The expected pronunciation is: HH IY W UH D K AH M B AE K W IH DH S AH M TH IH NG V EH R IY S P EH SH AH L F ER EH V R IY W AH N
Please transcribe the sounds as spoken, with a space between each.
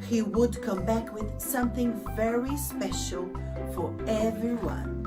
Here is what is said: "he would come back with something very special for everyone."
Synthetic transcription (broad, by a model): HH IY W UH D K AH M B AE K W IH DH S AH M TH IH NG V EH R IY S P EH SH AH L F ER EH V R IY W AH N